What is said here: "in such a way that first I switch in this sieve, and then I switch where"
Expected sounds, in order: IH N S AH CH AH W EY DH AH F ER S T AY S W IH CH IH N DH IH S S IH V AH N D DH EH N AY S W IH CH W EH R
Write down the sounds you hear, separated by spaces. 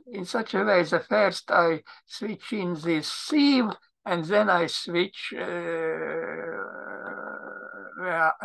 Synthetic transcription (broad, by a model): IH N S AH CH AH W EY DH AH F ER S T AY S W IH CH IH N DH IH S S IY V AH N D DH EH N AY S W IH CH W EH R